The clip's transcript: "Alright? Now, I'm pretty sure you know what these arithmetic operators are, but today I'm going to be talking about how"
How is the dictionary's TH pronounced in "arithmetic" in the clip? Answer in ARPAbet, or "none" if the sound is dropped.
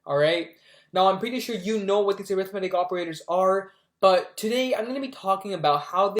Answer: TH